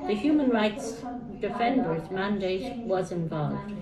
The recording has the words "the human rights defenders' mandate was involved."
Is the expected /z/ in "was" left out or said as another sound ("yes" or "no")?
no